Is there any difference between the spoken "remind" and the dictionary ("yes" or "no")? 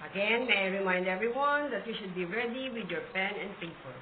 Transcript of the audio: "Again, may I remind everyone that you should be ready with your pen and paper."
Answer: no